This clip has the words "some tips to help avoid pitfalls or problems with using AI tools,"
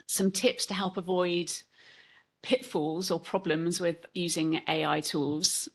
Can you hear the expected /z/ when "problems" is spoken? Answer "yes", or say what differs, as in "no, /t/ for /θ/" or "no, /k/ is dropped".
yes